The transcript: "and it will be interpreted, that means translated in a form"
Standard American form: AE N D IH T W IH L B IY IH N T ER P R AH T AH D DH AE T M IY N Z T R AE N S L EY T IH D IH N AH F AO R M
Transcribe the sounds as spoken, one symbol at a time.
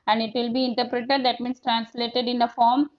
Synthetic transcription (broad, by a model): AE N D IH T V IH L B IY IH N T ER P R AH T AH D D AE T M IY N S T R AE N S L EY T IH D IH N AH F AO R M